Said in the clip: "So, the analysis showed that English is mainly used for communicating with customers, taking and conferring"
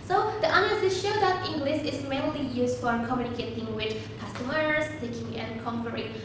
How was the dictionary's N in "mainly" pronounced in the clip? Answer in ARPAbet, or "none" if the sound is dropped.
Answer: L